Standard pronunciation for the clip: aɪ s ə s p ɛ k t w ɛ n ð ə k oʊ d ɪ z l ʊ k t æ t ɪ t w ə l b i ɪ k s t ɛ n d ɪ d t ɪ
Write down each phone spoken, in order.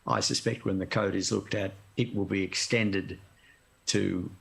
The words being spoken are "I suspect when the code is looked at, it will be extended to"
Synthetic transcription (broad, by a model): aɪ s ə s p ɛ k t w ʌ n ð ə k oʊ d ɪ z l ʊ k t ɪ t ɪ t w ə l b i ɪ k s t ɛ n d ɪ d t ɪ